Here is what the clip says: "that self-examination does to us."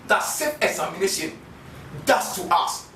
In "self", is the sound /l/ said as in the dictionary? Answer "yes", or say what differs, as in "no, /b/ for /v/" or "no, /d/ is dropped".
no, /l/ is dropped